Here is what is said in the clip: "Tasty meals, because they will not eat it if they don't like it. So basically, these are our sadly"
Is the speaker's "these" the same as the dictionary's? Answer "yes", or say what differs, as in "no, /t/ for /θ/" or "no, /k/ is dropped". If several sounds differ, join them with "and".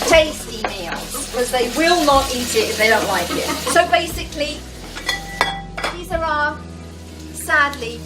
yes